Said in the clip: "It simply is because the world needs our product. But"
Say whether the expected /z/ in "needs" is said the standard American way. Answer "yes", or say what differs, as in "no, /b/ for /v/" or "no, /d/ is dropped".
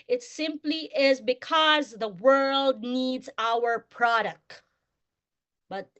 yes